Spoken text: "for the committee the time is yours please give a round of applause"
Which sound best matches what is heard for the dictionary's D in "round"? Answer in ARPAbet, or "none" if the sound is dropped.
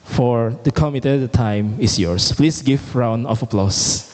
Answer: none